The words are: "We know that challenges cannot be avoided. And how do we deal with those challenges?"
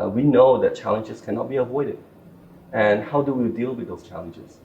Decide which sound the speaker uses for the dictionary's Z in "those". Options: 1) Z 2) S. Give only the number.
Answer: 2